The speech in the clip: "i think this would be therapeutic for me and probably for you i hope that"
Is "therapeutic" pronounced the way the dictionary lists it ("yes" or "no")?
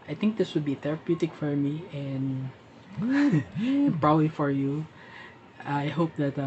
no